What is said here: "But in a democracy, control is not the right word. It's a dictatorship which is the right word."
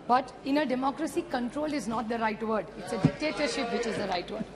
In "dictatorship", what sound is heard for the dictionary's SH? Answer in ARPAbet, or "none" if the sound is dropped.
SH